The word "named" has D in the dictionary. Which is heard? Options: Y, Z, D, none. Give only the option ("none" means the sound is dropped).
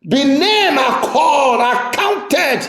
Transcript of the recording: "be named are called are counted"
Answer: none